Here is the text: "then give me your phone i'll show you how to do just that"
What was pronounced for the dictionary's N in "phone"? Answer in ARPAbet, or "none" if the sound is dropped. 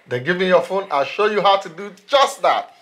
N